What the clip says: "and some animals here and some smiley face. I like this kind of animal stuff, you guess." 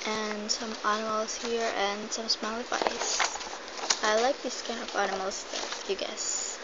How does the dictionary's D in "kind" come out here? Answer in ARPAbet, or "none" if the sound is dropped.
none